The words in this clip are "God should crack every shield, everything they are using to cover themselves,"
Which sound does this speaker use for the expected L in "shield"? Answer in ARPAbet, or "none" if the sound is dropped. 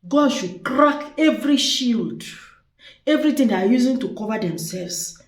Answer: L